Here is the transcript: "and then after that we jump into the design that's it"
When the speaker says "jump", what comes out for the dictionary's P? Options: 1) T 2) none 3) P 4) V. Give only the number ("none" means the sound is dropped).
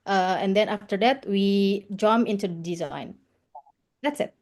2